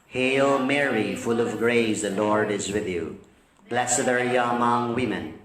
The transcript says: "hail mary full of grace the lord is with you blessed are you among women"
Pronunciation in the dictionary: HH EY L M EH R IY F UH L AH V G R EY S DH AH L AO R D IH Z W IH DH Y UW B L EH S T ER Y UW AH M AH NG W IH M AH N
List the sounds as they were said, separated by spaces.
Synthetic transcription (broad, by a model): HH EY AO M EH R IY F UH L AH V G R EY S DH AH L AO R D IH Z W IH DH Y UW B L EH S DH ER Y AH M AH NG W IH M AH N